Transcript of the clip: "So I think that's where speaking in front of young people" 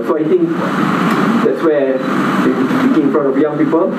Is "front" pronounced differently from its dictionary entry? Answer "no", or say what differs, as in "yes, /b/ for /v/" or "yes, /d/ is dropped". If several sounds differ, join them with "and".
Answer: yes, /n/ is dropped